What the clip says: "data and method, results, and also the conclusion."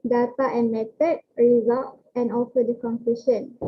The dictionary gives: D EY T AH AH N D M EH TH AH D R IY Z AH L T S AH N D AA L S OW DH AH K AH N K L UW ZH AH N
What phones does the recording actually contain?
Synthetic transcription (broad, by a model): D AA T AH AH N M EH T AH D R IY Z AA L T AH N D AA L S OW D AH K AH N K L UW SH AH N